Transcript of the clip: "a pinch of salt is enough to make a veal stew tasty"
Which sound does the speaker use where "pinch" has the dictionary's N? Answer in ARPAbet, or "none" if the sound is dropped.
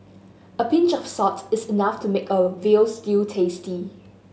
N